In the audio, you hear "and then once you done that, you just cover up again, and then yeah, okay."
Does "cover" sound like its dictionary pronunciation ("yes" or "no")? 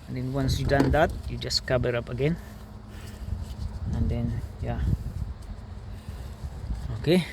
no